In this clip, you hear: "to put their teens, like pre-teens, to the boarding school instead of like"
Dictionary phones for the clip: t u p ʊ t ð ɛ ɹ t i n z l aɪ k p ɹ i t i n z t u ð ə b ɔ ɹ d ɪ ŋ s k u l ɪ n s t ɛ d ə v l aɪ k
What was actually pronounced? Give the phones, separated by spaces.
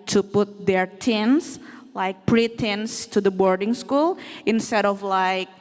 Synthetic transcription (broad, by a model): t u p ʊ t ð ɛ ɹ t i n s l aɪ k p ɹ i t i n s t u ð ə b ɔ ɹ d ɪ ŋ s k u l ɪ n s t ɛ d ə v l aɪ k